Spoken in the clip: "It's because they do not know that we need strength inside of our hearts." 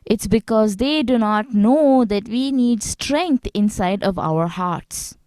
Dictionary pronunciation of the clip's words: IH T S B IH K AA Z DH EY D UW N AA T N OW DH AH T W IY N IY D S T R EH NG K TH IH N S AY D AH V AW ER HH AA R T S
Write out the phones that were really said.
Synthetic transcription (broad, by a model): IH T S B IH K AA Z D EY D UW N AA T N OW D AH T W IY N IY D S T R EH NG K T IH N S AY D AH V AW ER HH AA R T S